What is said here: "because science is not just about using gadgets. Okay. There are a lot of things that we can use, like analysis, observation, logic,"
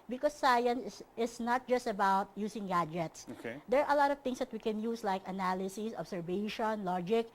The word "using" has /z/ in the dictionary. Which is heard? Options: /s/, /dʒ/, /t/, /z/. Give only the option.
/s/